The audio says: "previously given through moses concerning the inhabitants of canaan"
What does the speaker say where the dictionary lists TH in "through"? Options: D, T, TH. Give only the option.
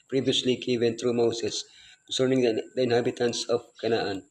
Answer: T